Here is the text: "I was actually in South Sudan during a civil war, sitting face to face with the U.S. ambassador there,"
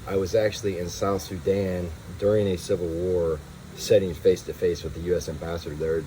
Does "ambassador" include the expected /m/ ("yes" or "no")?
yes